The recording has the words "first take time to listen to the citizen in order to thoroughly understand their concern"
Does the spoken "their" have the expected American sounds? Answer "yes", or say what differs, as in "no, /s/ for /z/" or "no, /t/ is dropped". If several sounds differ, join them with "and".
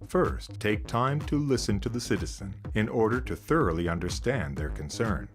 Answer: yes